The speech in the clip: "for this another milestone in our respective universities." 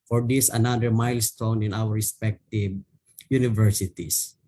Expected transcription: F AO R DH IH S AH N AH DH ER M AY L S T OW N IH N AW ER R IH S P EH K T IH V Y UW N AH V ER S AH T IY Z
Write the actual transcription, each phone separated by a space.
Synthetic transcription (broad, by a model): F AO R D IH S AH N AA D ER M AY L S T OW N IH N AW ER R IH S P EH K T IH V Y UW N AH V ER S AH T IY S